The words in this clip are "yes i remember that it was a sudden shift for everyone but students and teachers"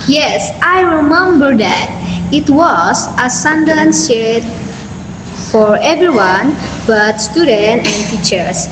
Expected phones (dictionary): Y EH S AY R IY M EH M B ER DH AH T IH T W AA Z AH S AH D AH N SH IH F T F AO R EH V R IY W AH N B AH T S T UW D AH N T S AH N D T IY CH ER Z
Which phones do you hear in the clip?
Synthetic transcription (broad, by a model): Y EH S AY R IY M EH M B ER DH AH T IH T W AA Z AH S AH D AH N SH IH T F AO R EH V R IY W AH N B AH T S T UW D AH N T AH N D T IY CH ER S